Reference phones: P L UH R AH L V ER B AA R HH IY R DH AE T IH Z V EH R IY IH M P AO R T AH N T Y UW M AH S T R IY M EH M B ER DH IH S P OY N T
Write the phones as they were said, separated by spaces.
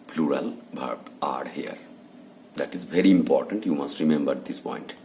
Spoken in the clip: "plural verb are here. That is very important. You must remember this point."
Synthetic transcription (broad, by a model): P L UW R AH L B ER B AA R HH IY R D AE T IH Z V EH R IY IH M P AO R T AH N T Y UW M AH S T R IY M EH M B ER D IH S P OY N T